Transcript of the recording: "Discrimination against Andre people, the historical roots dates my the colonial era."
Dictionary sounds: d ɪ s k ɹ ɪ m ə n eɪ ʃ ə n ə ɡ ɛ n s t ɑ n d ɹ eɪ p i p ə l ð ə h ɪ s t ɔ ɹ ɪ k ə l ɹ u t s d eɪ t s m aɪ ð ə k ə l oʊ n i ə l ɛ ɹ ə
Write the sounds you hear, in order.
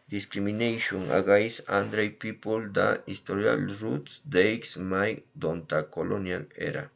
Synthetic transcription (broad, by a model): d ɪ s k ɹ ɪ m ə n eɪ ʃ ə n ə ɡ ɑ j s ɑ n d ɹ eɪ p i p ə l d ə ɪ s t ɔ ɹ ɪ ə l ɹ u t s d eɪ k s m aɪ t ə k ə l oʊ n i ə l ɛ ɹ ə